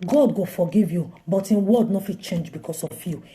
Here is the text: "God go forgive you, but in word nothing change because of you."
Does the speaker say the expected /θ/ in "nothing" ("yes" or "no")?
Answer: no